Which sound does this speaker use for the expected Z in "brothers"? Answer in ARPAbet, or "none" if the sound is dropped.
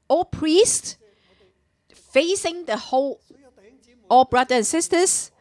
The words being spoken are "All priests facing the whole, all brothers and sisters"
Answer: none